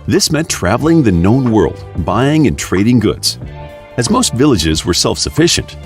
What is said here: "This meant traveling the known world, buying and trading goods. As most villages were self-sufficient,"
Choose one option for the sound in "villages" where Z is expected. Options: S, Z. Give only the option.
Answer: Z